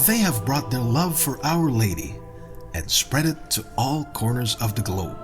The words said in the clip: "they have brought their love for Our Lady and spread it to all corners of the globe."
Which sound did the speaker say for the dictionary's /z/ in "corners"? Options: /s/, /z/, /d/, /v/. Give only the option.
/z/